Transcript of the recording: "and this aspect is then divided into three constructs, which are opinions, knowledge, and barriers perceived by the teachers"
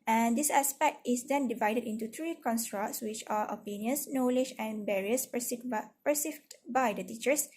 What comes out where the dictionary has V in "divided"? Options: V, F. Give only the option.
V